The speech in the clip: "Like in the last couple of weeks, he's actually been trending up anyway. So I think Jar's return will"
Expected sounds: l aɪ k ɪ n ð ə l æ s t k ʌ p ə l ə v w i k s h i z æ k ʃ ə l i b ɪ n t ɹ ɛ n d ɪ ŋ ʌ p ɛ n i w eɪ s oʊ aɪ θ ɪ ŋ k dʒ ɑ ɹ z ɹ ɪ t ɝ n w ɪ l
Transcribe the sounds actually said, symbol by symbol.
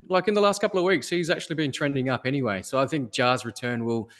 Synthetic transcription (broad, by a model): l aɪ k ɪ n ð ə l æ s t k ʌ p l ə v w i k s h i z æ k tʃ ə l i b ɪ n t ɹ ɛ n d ɪ ŋ ʌ p ɛ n i w eɪ s oʊ aɪ θ ɪ ŋ k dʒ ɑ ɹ z ɹ ɪ t ɝ n w ɪ l